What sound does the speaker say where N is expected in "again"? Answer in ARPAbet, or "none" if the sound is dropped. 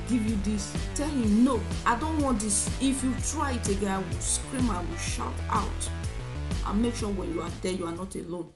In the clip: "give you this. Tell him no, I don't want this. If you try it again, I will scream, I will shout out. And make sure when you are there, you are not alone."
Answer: none